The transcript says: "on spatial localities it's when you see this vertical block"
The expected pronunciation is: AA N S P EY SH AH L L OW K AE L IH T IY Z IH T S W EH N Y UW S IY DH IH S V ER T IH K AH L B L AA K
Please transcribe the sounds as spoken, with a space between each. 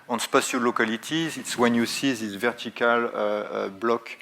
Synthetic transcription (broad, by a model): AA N S P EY S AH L L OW K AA L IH T IY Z IH T S W EH N Y UW S IY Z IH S V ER T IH K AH L B L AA K